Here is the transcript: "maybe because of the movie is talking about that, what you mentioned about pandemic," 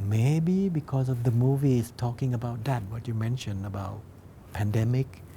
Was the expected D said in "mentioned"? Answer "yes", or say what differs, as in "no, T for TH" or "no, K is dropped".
no, D is dropped